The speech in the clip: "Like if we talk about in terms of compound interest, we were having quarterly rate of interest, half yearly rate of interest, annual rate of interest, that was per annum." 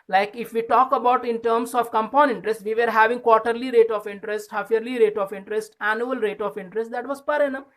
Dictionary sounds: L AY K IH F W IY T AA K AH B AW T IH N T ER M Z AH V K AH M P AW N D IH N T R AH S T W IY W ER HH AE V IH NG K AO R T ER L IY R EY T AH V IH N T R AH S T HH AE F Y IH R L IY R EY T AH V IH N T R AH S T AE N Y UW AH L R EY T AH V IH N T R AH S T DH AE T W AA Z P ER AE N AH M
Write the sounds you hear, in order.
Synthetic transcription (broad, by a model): L AY K IH F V IY T AA K AH B AW T IH N T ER M S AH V K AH M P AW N IH N T R AH S T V IY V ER HH AE V IH NG K AO R T ER L IY R EY T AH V IH N T R AH S T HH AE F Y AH R L IY R EY T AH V IH N T R AH S T AE N Y UW AH L R EY T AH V IH N T R AH S T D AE T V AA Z P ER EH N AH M